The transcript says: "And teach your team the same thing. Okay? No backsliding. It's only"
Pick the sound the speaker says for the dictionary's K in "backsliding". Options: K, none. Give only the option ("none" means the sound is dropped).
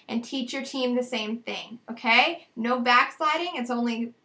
K